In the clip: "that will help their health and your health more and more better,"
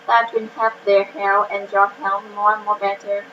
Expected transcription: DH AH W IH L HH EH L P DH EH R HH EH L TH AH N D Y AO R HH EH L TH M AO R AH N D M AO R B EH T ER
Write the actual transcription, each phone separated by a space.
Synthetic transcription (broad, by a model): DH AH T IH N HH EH P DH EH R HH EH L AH N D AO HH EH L M AO R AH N M AO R B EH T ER